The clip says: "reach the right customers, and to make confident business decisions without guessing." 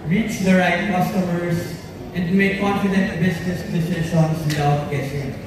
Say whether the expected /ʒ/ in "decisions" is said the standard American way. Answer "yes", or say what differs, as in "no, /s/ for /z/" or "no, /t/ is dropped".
no, /ʃ/ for /ʒ/